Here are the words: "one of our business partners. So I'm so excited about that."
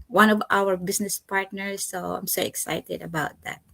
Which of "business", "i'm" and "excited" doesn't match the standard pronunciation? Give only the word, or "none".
business